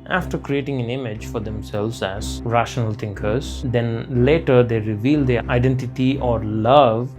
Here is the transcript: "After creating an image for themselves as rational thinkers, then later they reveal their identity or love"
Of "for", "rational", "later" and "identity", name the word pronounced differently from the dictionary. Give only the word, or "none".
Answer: none